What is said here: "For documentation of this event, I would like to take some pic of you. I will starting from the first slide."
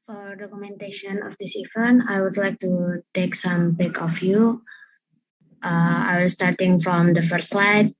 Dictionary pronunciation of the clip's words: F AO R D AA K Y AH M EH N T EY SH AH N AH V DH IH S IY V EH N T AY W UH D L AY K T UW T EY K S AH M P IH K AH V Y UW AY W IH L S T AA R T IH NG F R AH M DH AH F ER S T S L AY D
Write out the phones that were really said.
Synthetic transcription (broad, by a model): F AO R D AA K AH M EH N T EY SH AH N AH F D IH S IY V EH N AY W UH D L AY K T UW T EY K S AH M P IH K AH F Y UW AY W IH L S T AA R T IH NG F R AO M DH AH F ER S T S L AY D